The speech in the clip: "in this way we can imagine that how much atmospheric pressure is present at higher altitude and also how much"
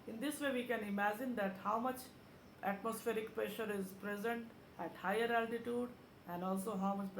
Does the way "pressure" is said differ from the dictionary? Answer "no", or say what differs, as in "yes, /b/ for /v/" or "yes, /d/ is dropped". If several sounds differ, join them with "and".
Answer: no